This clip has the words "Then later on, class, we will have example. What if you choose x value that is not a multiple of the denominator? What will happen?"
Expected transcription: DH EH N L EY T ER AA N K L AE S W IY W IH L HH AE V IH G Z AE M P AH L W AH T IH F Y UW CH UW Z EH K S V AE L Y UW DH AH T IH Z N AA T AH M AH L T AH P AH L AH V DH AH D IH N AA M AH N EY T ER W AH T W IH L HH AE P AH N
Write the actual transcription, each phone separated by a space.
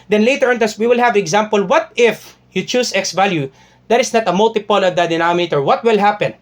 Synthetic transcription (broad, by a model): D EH N L EY T ER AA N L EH S W IY W IH L HH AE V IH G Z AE M P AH L W AH T IH F Y UW CH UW S EH K S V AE L Y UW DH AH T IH S N AA T AH M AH L T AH P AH L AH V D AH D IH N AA M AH EY T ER W AH T W IH L HH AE P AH N